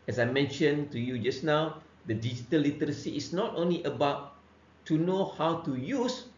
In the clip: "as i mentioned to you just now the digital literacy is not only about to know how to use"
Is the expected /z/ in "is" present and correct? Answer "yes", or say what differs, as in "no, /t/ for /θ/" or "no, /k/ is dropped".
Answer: no, /s/ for /z/